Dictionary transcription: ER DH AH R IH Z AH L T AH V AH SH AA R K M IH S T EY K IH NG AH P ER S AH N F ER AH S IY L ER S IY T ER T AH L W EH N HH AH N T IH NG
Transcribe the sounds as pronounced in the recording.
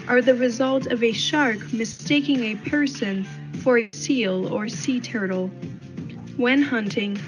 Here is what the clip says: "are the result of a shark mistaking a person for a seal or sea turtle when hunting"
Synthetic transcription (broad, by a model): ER DH AH R IH Z AH L T AH V AH SH AA R K M IH S T EY K IH NG AH P ER S AH N F ER AH S IY L ER S IY T ER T L W EH N HH AH N T IH NG